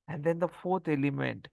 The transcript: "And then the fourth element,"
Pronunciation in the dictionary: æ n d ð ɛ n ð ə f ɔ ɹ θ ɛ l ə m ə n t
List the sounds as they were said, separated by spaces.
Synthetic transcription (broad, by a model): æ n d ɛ n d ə f ɔ ɹ t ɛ l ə m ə n t